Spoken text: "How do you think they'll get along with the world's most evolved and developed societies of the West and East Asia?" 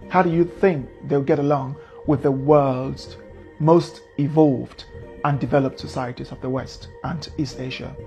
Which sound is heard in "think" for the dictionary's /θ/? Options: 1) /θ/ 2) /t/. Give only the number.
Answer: 1